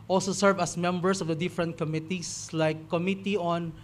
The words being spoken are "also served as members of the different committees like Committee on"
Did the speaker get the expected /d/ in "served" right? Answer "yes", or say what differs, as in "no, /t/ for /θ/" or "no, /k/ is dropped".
no, /d/ is dropped